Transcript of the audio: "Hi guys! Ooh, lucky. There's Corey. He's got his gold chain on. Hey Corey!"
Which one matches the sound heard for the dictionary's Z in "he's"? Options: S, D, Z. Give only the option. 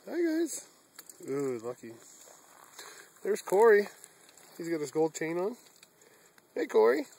Z